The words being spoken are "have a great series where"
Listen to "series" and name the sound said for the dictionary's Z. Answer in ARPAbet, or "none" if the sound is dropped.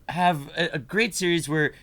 Z